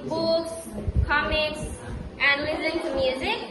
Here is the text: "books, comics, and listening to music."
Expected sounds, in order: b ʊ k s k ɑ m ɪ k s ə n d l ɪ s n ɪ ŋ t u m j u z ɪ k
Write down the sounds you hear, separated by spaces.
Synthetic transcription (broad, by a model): b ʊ k s k ɑ m ɪ k s ə n d l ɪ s ɪ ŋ t u m j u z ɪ k